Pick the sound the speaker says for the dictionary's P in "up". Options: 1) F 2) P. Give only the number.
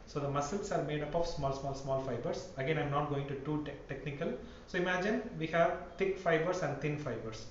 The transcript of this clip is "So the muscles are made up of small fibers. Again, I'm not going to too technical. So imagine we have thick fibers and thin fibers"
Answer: 2